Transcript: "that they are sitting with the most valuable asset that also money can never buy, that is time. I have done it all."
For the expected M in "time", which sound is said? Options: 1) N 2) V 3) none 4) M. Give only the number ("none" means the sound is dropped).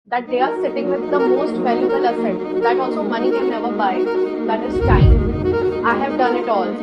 3